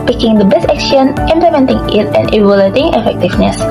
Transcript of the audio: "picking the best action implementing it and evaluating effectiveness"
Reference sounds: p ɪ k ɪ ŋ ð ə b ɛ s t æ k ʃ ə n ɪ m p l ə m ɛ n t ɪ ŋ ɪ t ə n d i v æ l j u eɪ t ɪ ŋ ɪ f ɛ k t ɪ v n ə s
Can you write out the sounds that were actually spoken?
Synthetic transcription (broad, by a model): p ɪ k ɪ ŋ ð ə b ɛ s æ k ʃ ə n ɪ m p l ə m ɛ n t ɪ ŋ ɪ t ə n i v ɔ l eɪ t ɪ ŋ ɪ f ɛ k t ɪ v n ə s